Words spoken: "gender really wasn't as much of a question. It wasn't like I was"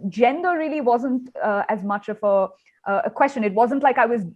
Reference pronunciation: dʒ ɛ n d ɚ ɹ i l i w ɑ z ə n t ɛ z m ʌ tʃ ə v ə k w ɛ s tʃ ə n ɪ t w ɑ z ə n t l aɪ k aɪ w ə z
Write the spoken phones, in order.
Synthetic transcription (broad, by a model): dʒ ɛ n d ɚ ɹ i l i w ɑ z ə n t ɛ z m ʌ tʃ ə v ə k w ɛ s tʃ ə n ɪ t w ɑ z ə n t l aɪ k aɪ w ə z